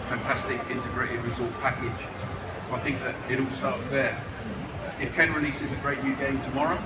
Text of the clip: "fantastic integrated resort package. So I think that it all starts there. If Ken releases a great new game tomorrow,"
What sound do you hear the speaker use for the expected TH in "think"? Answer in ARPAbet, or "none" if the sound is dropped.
TH